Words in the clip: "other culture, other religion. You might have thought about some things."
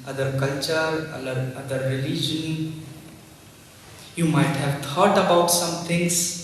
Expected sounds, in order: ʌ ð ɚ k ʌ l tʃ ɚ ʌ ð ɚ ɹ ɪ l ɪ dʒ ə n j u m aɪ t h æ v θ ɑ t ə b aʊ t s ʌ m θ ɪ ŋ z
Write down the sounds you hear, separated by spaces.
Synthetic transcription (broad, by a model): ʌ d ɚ k ʌ l tʃ ɚ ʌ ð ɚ ɹ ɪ l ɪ dʒ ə n j u m aɪ t h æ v t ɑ t ə b aʊ t s ʌ m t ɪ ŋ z